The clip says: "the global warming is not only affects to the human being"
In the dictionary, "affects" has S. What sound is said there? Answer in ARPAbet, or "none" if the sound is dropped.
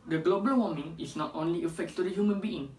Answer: none